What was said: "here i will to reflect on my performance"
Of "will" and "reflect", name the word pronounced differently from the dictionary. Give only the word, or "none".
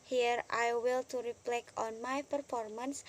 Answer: reflect